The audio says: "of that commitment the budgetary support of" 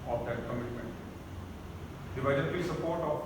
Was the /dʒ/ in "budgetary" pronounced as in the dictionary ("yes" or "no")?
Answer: no